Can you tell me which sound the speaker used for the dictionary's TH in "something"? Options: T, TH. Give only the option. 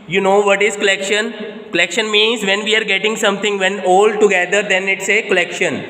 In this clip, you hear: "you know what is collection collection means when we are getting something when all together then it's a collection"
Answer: T